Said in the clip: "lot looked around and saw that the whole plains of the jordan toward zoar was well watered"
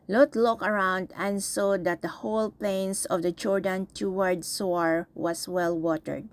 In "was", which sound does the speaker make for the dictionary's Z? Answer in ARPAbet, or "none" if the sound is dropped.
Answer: S